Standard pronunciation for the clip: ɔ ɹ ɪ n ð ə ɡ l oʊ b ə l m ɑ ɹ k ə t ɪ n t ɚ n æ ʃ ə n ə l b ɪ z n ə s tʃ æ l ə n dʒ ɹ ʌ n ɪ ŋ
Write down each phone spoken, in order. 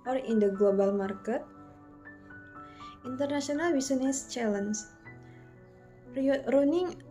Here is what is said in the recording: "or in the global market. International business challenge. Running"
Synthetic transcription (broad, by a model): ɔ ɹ ɪ n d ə ɡ l oʊ b ə l m ɑ ɹ k ə t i n t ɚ n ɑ s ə n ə l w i s n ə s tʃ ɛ l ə n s ɹ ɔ n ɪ ŋ